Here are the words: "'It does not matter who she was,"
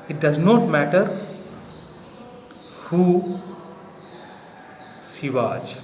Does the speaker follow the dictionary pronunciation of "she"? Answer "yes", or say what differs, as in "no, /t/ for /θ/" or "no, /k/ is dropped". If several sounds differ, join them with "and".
no, /s/ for /ʃ/